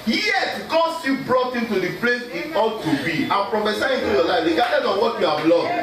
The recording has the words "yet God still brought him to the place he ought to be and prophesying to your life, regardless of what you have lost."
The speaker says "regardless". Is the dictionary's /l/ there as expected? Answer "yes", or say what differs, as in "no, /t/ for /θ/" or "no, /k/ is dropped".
no, /l/ is dropped